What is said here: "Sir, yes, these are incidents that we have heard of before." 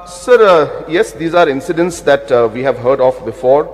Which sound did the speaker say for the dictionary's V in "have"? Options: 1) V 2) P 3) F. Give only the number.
1